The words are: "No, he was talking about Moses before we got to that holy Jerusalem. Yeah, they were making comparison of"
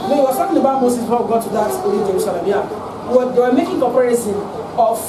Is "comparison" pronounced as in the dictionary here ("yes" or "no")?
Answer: no